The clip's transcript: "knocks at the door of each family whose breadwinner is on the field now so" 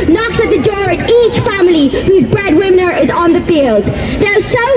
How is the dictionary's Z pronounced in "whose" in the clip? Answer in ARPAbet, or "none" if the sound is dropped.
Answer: Z